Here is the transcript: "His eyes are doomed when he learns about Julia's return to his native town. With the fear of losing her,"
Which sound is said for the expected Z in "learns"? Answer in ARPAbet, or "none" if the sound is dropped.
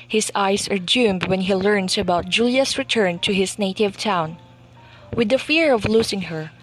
S